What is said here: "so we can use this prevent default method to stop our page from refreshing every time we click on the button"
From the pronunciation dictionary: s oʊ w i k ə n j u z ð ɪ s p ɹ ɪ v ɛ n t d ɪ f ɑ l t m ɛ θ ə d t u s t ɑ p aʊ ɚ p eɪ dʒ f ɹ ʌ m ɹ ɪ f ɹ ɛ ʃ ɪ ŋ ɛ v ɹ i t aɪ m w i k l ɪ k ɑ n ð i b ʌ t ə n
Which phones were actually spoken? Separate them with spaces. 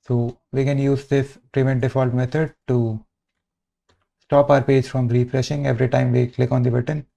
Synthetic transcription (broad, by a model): s oʊ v i k ə n j u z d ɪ s p ɹ ɪ v ɛ n t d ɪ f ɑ l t m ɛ t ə d t u s t ɑ p aʊ ɚ p eɪ dʒ f ɹ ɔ m ɹ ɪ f ɹ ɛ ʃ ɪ ŋ ɛ v ɹ i t aɪ m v i k l ɪ k ɑ n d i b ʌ t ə n